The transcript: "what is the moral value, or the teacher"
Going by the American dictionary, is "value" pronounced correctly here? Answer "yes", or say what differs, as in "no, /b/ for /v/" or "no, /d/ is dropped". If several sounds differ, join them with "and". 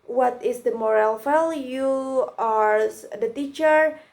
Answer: no, /f/ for /v/